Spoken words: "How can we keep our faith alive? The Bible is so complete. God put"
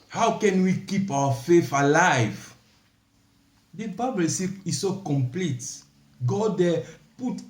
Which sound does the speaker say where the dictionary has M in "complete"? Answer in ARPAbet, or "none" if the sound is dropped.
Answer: M